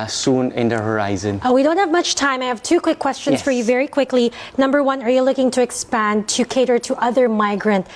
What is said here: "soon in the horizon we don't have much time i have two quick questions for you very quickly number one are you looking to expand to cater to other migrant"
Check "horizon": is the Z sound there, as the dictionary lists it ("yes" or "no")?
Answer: yes